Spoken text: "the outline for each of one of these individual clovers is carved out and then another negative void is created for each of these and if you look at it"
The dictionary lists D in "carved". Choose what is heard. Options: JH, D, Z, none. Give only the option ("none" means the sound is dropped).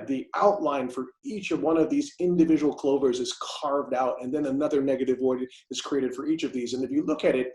D